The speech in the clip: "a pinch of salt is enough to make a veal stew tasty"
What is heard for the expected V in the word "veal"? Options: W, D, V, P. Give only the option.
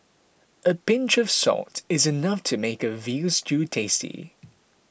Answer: V